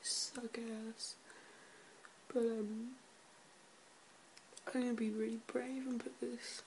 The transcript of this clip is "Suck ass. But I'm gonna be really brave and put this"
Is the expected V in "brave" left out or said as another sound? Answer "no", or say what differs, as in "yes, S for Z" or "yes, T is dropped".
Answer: no